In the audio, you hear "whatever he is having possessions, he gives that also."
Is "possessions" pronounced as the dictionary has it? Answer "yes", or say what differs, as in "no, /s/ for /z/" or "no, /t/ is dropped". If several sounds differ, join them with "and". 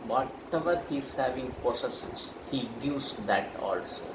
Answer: no, /s/ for /z/ and /s/ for /ʃ/ and /n/ is dropped